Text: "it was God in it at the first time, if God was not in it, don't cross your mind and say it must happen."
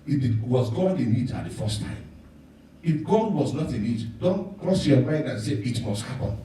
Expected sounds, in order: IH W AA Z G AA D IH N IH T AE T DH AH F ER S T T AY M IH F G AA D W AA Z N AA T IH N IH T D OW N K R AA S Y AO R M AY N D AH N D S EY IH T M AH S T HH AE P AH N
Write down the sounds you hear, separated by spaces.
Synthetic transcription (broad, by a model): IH W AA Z G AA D IH N IH T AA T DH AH F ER S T T AY M IH F G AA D W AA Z N AA T IH N IH T D OW N K R AA S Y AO M AY N D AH N S EY IH T M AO S T HH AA P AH N